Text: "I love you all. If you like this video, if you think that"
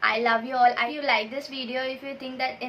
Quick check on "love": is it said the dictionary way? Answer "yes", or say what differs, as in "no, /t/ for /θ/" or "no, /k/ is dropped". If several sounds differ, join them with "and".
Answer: yes